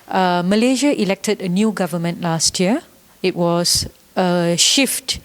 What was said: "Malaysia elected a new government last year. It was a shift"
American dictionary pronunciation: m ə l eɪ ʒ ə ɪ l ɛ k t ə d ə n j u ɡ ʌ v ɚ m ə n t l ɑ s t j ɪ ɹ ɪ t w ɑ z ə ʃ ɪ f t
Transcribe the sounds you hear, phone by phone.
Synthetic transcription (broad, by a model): m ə l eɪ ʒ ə ɪ l ɛ k t ə d ə n j u ɡ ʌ v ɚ m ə n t l ɑ s t j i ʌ ɪ t w ɑ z ə ʃ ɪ f t